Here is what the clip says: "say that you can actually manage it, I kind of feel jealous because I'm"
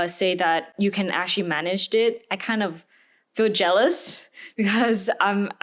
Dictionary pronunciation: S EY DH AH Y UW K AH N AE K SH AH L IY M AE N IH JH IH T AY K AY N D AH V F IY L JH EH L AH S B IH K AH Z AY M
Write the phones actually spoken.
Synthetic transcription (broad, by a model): S EY DH AH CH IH K AH N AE K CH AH L IY M AE N IH JH IH T AY K AY N D AH V F IY L JH EH L AH S B IH K AH Z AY M